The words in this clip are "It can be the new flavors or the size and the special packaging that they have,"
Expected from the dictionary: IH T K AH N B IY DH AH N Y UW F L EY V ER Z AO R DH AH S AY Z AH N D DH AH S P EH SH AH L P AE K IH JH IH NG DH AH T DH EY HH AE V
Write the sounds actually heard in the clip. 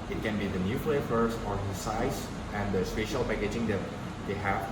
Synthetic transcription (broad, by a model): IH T K AH N B IY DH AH N Y UW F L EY F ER S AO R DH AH S AY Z AH N D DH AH S P EH SH AH L P AE K IH JH IH NG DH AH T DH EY HH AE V